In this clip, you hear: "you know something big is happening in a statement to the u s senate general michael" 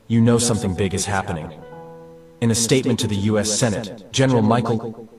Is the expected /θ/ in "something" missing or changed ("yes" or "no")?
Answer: no